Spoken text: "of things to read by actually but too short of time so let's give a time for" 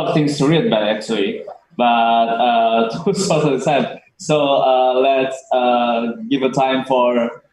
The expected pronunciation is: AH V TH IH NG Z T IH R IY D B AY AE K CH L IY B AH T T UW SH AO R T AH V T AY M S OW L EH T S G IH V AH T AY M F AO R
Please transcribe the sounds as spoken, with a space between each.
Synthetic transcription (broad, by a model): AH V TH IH NG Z T IH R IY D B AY AE K CH L IY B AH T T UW S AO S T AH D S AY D S OW L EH T S G IH V AH T AY M F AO R